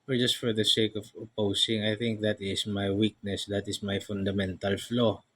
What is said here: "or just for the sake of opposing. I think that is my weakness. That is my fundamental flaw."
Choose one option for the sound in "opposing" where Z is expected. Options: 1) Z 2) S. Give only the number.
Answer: 2